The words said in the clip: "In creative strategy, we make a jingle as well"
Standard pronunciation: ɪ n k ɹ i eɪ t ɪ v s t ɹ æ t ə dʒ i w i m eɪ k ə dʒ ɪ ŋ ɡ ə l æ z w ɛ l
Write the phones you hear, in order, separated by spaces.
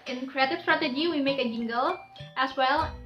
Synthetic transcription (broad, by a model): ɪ n k ɹ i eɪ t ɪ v s t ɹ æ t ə dʒ i w i m eɪ k ə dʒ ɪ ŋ ɡ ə l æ s w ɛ l